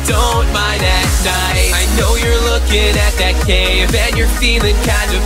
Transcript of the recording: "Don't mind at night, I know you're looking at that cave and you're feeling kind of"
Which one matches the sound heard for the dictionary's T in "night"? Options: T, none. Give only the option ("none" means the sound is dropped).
none